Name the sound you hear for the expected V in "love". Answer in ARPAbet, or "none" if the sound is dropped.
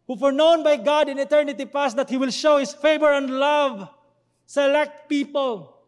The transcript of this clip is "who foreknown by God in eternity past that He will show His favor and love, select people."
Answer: V